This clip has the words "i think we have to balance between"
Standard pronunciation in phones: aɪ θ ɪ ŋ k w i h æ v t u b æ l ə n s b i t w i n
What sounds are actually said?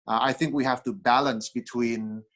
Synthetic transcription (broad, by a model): aɪ θ ɪ ŋ k w i h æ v t u b æ l ə n s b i t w i n